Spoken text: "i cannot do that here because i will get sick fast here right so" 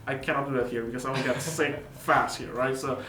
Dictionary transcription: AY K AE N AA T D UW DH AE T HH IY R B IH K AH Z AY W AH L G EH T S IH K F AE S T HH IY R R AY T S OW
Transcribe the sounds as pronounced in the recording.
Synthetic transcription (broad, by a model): AY K AE N AA T D UW DH AE T HH IY R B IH K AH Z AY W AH N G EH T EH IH F AE S T HH IY R R AY T S OW